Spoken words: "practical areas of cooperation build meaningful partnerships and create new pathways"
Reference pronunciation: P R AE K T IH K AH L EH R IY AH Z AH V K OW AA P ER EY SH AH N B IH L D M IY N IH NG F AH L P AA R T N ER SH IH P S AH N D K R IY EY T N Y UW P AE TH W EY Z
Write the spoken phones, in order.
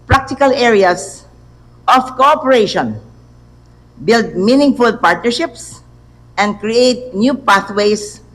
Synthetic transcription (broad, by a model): P R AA K T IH K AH L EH R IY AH S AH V K OW AA P ER EY SH AH N B IH L D M IY N IH NG F AH L P AA R T N ER SH IH P S AH N D K R IY EY T N Y UW P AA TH W EY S